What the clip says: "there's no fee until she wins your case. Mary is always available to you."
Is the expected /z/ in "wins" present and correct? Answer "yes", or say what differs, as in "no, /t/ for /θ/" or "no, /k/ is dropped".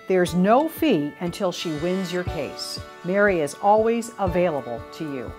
yes